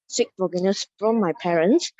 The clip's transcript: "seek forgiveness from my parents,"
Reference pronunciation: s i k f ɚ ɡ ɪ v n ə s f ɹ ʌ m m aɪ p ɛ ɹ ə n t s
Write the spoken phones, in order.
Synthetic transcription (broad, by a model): s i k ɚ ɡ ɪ n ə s f ɹ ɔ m m aɪ p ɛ ɹ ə n s